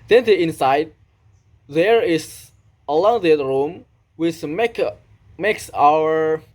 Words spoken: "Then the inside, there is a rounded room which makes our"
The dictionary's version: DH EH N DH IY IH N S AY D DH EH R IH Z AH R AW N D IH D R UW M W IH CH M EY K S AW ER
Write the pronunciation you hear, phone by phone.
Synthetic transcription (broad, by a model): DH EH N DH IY IH N S AY D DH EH R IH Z AH L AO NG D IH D R UW M W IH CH M EY K S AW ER